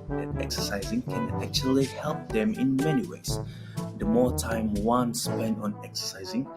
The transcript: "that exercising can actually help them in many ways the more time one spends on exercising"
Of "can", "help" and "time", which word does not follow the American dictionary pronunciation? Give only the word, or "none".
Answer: none